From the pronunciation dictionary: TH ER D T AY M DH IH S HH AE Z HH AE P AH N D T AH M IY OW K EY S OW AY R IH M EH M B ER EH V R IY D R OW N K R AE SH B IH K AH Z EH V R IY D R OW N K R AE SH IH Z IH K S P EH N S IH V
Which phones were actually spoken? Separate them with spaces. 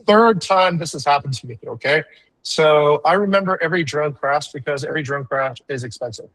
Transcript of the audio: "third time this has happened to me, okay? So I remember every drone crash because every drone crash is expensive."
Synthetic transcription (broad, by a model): TH ER D T AY M DH IH S HH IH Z HH AE P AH N T AH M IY OW K EY S OW AY R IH M EH M B ER EH V R IY D R OW N K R AE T B IH K AH Z EH V R IY D R OW N K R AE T IH Z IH K S P EH N S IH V